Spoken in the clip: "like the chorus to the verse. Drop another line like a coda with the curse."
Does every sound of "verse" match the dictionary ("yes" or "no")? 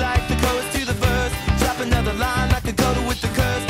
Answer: no